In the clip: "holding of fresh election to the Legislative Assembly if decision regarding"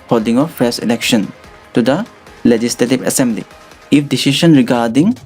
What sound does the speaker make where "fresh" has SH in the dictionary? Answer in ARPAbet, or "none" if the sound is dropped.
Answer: S